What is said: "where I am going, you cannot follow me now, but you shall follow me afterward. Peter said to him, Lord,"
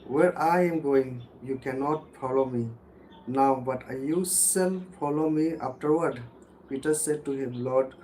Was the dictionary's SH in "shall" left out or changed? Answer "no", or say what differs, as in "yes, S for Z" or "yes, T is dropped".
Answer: yes, S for SH